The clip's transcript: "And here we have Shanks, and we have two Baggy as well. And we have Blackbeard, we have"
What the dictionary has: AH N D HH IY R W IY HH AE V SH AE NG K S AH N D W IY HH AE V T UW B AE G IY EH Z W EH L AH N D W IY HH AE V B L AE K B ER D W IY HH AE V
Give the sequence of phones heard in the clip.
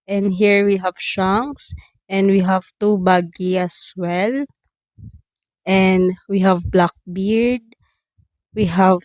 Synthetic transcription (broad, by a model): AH N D HH IY R W IY HH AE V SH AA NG S AH N D W IY HH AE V T UW B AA G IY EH S W EH L AH N D W IY HH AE V B L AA K B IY D W IY HH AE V